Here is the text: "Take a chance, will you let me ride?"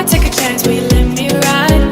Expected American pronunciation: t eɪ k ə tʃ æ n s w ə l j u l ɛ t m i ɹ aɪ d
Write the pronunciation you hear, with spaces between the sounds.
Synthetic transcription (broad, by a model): t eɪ k ə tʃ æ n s w ə l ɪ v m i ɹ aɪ